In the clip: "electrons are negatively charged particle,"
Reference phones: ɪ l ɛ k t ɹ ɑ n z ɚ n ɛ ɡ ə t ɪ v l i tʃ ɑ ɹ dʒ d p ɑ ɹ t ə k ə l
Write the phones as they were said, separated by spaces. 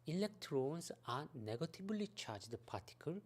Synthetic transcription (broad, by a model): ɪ l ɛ k t ɹ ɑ n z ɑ n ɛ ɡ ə t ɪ b l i tʃ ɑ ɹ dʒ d p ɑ t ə k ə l